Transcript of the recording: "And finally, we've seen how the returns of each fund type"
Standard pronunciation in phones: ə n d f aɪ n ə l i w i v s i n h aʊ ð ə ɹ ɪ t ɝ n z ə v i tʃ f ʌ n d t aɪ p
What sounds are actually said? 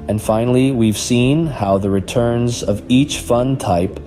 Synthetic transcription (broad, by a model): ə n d f aɪ n l i w i v s i n h aʊ ð ə ɹ ɪ t ɝ n z ə v i tʃ f ʌ n t aɪ p